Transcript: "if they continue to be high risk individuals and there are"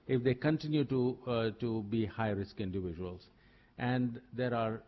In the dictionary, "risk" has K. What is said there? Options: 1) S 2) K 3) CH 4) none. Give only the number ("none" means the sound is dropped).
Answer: 2